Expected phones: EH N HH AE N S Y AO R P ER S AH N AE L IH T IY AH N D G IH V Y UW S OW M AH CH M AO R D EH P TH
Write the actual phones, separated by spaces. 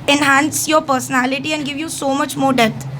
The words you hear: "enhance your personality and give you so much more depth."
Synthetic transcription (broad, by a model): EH N HH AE N S Y AO R P ER S AH N AE L IH T IY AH N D G IH V Y UW S OW M AH CH M AO R D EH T